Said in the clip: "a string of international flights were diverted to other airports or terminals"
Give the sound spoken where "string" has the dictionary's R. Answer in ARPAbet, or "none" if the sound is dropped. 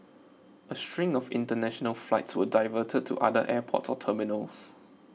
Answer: R